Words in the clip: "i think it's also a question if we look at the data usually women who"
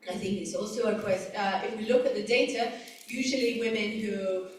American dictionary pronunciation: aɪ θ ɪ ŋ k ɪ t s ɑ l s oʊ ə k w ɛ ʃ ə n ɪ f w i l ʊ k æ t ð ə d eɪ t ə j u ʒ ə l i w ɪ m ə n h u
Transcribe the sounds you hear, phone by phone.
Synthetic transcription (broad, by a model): aɪ θ ɪ ŋ k ɪ t s ɑ l s oʊ ə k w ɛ s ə ɪ f w i l ʊ k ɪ t ð ə d eɪ t ə j u ʒ ə l i w ɪ m ə n h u